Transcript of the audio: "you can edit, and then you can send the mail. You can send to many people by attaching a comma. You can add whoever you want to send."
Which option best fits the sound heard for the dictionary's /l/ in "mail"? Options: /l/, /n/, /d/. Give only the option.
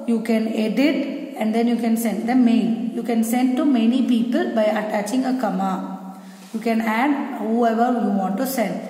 /n/